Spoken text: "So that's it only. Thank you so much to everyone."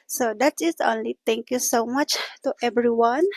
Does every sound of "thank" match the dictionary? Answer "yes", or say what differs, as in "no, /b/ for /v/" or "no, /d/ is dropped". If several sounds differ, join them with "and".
no, /t/ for /θ/